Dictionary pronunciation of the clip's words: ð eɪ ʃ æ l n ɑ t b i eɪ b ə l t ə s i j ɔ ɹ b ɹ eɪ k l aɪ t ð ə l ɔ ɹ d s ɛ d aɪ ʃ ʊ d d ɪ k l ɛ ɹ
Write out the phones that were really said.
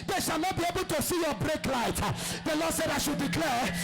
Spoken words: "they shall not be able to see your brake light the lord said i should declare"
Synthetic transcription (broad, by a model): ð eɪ ʃ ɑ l n ɑ t b i eɪ b ə l t ə s i j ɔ b ɹ eɪ k l aɪ t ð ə l ɔ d s ɛ d aɪ ʃ ʊ d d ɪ k l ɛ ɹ